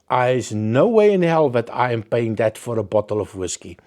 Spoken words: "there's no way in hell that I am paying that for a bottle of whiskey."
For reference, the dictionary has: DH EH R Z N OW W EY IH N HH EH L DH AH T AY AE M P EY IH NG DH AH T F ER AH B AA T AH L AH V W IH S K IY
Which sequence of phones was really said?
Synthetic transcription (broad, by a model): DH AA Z N OW W EY IH N HH EH L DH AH T AY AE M P EY IH NG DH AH T F ER AH B AA T AH L AH V W IH S K IY